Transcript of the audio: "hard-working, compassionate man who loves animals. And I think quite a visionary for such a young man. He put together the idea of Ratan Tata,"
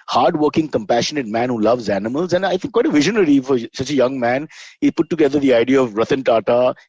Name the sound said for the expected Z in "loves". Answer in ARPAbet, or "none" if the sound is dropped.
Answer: Z